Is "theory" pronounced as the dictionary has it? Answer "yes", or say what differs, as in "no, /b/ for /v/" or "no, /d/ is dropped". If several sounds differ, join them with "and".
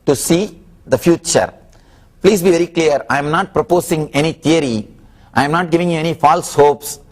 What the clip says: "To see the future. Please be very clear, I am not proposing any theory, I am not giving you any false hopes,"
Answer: no, /t/ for /θ/